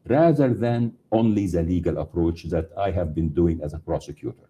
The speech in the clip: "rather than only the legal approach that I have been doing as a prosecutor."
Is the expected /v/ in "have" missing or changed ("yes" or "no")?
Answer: no